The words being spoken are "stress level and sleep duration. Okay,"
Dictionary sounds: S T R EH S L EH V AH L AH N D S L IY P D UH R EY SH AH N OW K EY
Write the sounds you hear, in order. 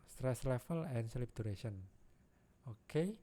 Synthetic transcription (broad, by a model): S T R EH S L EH F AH L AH N S L IY P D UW R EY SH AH N OW K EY